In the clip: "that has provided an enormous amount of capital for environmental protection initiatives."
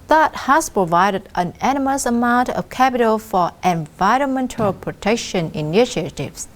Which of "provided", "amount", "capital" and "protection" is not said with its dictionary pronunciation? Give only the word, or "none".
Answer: none